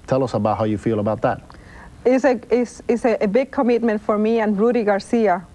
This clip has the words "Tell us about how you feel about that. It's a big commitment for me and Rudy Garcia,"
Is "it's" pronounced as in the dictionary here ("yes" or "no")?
no